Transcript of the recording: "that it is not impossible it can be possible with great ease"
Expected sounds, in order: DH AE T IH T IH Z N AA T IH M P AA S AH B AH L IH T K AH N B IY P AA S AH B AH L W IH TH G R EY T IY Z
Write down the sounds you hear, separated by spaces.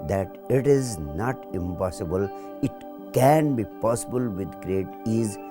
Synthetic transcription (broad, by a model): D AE T IH T IH Z N AA T IH M P AA S AH B AH L IH T K AH N B IY P AA S AH B AH L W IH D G R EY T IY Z